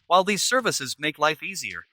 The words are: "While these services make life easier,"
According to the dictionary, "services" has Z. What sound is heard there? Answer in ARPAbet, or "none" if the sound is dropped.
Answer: Z